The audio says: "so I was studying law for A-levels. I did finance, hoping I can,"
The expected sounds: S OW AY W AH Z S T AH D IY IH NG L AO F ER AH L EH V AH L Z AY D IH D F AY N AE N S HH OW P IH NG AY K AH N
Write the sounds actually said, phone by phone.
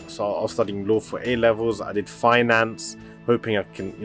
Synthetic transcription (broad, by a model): S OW AY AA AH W S T AH D IY IH NG L AO F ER AH L EH V AH L Z AY D IH D F AY N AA N S HH OW P IH NG AY K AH N